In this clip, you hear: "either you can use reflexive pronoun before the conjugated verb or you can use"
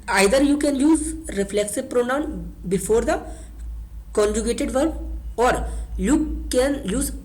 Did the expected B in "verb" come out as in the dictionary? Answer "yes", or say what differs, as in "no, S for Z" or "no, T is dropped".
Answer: no, B is dropped